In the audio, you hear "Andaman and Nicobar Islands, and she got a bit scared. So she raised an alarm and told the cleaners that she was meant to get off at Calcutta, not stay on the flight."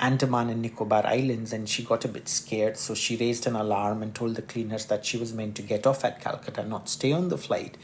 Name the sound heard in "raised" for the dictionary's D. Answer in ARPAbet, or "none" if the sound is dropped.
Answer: D